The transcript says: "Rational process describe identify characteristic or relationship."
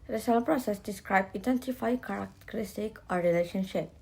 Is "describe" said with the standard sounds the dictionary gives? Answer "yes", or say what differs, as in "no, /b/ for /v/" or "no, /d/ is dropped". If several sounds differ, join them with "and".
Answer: yes